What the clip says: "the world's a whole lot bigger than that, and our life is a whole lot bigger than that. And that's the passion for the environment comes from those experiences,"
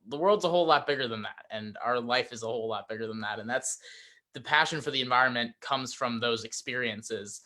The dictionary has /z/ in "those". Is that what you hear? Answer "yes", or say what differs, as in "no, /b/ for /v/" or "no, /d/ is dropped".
yes